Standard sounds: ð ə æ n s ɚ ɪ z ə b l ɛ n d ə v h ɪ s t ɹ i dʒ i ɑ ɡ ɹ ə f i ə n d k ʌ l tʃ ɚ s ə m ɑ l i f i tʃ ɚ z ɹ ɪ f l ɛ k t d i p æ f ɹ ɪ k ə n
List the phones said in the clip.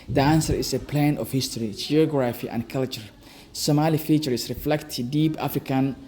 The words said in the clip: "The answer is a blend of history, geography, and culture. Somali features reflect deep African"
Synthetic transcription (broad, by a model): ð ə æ n s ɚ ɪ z ə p l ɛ n ə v h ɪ s t ɹ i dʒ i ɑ ɡ ɹ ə f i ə n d k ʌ l tʃ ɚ s ə m ɑ l i f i tʃ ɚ s ɹ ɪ f l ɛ k t d i p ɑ f ɹ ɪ k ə n